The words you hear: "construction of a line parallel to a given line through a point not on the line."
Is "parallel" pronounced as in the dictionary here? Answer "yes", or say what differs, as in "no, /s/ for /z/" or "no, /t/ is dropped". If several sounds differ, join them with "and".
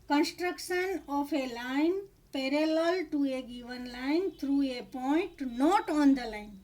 yes